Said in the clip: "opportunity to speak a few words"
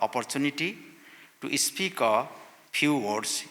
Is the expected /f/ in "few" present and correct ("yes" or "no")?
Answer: no